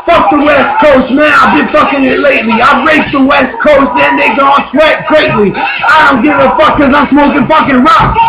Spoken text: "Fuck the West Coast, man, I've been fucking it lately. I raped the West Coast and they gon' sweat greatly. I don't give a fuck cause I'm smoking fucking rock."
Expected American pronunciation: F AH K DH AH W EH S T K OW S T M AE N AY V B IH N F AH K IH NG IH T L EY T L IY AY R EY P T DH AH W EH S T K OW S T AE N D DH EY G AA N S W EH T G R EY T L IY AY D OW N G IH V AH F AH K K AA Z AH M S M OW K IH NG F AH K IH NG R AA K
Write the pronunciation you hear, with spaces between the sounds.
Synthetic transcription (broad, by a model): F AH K DH AH W EH S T K OW S T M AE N AY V B IH N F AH K IH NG IH T L EY T L IY AY R EY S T DH AH W EH S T K OW S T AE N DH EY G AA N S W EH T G R EY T L IY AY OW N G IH AH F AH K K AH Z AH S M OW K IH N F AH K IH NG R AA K